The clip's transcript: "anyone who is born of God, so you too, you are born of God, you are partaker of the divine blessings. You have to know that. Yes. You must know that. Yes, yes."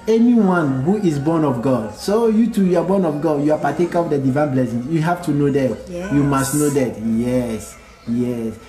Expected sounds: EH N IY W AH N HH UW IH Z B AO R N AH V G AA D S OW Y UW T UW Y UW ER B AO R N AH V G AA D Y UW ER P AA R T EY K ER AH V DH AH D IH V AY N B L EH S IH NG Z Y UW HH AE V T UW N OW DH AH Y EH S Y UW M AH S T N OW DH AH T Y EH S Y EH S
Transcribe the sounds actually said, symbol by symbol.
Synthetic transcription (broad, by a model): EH N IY W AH N HH UW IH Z B AO N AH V G AA D S OW Y UW T UW Y UW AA B AO N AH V G AA D Y UW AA P AA T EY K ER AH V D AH D IH V AY N B L EH S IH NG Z Y UW HH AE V T UW N OW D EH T Y UW M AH S T N OW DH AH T Y EH S Y EH S